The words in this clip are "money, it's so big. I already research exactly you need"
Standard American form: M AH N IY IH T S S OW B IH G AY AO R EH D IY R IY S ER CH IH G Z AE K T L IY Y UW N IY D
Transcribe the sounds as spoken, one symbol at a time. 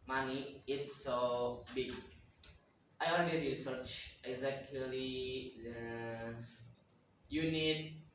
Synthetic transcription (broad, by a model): M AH N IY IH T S S OW B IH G AY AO L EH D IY R IY S ER CH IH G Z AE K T L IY Y UW N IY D